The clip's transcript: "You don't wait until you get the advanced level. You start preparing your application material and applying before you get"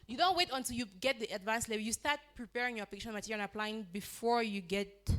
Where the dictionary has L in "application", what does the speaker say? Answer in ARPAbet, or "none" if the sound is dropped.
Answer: none